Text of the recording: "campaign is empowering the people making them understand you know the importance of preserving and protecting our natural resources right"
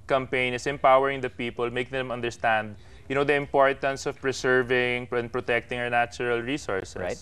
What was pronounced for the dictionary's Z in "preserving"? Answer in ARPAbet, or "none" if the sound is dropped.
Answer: S